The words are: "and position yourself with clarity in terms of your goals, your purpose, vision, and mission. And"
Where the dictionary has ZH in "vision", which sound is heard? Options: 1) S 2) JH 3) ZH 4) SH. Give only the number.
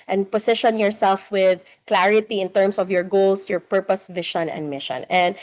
4